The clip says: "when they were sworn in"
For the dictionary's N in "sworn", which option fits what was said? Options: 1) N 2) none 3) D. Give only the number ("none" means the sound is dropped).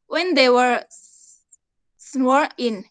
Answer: 2